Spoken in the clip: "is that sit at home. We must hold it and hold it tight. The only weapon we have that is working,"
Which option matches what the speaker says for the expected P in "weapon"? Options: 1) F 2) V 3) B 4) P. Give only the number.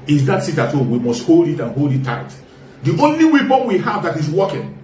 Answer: 3